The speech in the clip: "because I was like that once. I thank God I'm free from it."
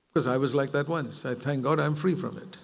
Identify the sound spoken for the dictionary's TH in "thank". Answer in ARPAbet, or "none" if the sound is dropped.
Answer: TH